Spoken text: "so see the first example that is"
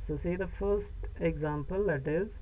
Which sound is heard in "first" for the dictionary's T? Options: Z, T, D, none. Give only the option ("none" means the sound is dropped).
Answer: T